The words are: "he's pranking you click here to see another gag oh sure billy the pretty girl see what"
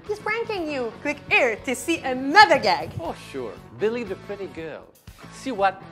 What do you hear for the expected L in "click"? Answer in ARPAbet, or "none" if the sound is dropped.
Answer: W